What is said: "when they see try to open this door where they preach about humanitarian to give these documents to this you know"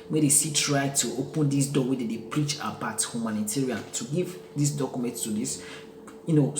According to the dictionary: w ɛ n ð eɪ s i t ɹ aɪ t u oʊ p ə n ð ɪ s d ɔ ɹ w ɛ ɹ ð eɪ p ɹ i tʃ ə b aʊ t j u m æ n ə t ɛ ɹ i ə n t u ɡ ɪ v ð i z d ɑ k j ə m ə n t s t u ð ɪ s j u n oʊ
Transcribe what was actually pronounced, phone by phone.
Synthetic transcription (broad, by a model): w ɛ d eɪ s i t ɹ aɪ t u oʊ p ə n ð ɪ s d ɔ w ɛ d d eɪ p ɹ i tʃ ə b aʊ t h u m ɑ n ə t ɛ ɹ i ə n t u ɡ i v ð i s d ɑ k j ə m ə n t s t u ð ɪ s j u n oʊ